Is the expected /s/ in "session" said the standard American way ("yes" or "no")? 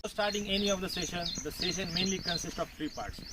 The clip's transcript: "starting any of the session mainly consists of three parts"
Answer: yes